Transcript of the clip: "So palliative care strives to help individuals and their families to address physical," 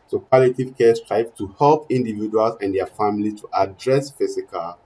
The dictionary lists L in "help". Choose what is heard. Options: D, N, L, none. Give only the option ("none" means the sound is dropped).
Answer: L